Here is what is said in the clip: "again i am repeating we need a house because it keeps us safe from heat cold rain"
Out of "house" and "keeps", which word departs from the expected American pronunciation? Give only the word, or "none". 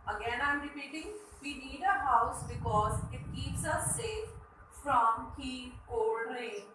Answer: none